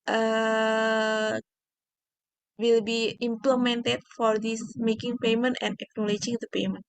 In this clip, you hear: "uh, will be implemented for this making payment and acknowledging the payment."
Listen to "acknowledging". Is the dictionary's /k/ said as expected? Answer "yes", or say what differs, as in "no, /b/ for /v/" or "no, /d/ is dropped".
yes